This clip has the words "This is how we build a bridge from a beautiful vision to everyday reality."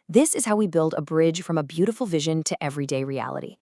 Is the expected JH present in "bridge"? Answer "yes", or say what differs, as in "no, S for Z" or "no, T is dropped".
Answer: no, ZH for JH